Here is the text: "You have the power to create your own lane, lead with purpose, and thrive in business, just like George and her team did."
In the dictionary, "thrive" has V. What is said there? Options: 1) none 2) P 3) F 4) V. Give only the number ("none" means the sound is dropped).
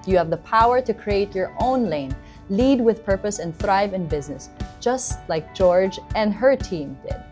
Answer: 4